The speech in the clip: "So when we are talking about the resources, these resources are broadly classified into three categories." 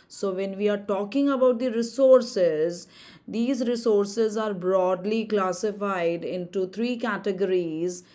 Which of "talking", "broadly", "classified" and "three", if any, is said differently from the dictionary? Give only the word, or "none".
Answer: three